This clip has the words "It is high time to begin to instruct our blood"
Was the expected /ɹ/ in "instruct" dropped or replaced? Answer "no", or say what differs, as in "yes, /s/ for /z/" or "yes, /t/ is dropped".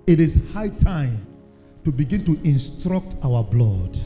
no